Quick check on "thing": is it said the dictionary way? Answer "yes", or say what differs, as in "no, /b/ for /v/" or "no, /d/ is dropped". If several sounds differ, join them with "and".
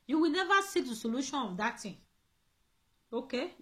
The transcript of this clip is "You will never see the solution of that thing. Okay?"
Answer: no, /t/ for /θ/